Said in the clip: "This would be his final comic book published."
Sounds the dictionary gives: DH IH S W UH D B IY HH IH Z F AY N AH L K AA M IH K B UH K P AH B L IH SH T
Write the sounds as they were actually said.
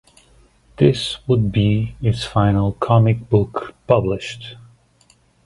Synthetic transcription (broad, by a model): DH IH S W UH D B IY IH S F AY N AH L K AA M IH K B UH K P AH B L IH SH T